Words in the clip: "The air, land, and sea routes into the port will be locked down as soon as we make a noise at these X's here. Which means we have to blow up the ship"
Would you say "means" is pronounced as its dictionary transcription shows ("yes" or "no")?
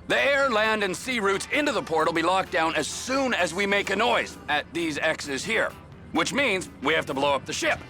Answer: yes